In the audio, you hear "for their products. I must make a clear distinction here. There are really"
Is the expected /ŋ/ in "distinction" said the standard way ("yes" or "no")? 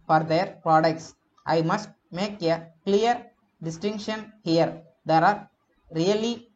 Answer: yes